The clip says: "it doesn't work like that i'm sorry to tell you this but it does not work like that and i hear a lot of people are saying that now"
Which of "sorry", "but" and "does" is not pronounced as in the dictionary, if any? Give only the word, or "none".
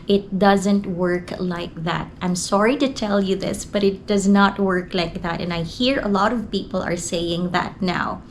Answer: none